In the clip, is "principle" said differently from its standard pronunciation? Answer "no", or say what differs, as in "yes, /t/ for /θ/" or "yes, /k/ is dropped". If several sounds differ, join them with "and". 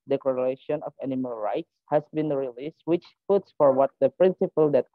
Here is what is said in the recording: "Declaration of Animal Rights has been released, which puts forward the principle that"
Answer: no